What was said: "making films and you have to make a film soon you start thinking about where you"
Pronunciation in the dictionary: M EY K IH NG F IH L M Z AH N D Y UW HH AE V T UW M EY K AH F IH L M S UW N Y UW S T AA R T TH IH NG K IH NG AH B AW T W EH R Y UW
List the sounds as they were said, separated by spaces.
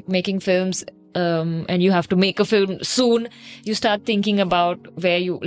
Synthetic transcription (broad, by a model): M EY K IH NG F IH L M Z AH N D Y UW HH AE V T UW M EY K AH F IH L M S UW N Y UW S T AA R T T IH NG K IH NG AH B AW T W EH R Y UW